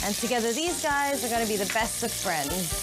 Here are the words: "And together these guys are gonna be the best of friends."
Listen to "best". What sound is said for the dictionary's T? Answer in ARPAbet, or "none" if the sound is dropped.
T